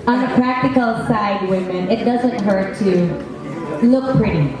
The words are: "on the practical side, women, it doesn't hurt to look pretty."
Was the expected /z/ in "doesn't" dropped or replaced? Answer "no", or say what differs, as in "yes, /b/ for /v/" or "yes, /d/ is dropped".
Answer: no